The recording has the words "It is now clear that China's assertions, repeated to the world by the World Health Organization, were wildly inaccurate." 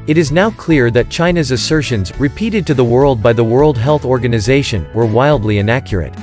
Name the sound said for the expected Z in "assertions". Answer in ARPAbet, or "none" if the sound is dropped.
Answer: Z